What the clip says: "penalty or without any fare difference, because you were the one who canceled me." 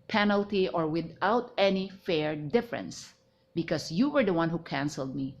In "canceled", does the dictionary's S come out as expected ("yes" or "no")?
yes